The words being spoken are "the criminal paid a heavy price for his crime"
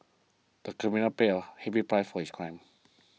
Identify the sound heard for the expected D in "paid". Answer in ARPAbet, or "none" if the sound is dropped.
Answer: none